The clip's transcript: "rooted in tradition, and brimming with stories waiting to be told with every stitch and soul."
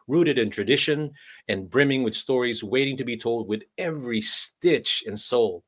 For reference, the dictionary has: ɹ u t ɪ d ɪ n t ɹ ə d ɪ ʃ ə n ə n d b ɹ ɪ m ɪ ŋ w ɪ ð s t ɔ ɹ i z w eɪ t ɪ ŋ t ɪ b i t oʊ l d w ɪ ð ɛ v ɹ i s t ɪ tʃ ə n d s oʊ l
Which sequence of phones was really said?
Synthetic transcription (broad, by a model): ɹ u t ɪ d ɪ n t ɹ ə d ɪ ʃ ə n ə n b ɹ ɪ m ɪ ŋ w ɪ ð s t ɔ ɹ i z w eɪ t ɪ ŋ t ɪ b i t oʊ l d w ɪ ð ɛ v ɹ i s t ɪ tʃ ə n s oʊ l